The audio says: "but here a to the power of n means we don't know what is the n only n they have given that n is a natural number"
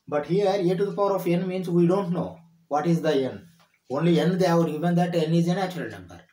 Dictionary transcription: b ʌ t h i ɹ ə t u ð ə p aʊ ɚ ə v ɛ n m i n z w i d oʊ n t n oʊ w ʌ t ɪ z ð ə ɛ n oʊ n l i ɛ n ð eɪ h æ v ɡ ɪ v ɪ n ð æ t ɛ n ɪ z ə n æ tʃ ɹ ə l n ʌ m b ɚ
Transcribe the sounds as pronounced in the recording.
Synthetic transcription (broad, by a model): b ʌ t h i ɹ ə t u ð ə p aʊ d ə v ɛ n m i n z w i d oʊ n t n oʊ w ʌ t ɪ z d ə ɛ n oʊ n l i ɛ n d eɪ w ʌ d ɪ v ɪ n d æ t ɛ n ɪ z ə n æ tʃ ə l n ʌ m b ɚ